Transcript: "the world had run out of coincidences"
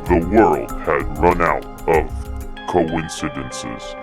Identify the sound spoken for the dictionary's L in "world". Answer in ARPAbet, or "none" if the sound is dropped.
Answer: L